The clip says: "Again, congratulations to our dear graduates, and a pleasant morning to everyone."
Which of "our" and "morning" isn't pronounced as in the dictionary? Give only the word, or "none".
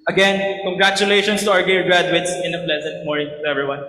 none